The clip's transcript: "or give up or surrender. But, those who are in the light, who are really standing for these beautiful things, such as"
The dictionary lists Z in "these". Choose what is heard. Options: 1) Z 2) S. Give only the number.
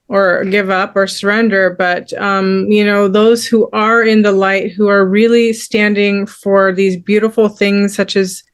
1